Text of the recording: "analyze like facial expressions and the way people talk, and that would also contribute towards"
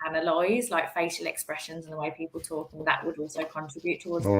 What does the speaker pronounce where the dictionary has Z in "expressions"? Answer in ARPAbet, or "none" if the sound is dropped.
Z